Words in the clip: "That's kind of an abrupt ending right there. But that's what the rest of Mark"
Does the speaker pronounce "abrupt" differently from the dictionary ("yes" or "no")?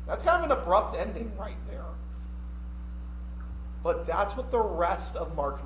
no